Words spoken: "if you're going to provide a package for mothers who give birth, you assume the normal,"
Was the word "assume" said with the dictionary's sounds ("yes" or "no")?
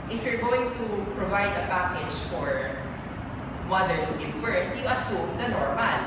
yes